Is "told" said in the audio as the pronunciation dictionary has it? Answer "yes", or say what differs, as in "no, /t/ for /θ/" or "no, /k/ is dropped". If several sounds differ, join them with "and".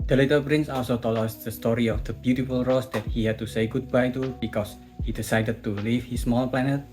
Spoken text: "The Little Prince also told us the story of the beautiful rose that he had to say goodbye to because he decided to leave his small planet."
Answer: no, /d/ is dropped